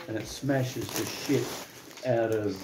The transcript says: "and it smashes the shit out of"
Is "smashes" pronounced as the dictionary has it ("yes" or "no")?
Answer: yes